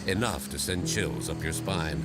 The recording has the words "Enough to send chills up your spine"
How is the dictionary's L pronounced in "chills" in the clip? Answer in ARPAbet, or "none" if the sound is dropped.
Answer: L